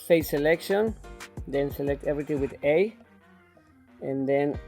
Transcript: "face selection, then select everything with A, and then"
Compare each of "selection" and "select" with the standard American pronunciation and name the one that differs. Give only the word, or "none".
none